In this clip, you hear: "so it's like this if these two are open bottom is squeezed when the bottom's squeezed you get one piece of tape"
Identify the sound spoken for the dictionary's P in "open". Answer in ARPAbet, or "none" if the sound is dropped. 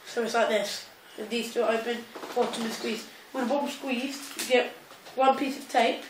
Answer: B